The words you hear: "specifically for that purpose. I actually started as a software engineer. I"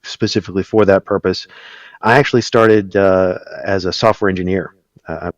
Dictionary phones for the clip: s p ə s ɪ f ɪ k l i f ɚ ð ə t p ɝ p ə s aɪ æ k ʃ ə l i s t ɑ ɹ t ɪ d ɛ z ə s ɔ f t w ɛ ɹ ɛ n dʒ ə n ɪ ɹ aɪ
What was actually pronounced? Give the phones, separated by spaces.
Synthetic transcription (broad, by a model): s p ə s ɪ f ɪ k l i f ɚ ð ə t p ɝ p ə s aɪ æ k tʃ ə l i s t ɑ ɹ t ɪ d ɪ z ə s ɔ f t w ɛ ɹ ɛ n dʒ ə n ɪ ɹ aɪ